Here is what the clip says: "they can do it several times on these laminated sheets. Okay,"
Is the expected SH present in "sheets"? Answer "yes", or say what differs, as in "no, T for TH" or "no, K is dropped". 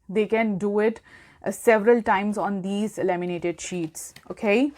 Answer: yes